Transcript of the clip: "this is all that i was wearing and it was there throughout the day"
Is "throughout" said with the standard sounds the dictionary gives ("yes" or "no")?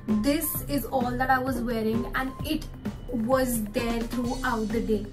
no